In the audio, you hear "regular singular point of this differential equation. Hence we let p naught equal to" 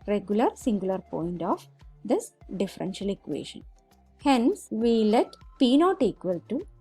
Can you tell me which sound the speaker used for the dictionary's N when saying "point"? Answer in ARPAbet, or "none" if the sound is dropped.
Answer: N